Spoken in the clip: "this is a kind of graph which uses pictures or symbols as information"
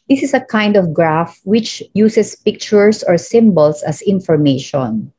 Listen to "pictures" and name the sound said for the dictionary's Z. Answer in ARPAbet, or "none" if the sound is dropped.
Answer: S